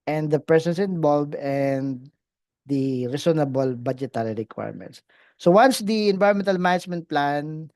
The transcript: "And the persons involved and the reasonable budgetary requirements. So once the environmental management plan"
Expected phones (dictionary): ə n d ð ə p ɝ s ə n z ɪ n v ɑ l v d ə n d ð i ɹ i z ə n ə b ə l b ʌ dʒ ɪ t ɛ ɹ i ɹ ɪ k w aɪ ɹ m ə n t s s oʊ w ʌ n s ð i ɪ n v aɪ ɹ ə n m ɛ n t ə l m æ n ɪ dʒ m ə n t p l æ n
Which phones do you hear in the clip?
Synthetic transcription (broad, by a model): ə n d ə p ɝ s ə n s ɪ n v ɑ l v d ə n d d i ɹ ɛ s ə n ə b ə l b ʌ dʒ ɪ t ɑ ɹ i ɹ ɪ k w aɪ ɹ m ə n t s s oʊ w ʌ n s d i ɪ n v aɪ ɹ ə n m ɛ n t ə l m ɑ n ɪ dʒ m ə n t p l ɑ n